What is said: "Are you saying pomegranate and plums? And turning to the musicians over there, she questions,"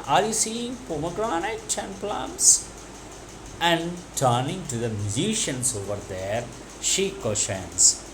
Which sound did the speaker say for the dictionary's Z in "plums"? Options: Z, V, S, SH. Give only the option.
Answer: S